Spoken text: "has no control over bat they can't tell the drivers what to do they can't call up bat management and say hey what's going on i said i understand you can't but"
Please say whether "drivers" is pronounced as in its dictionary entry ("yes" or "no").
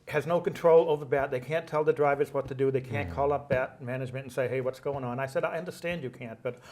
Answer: yes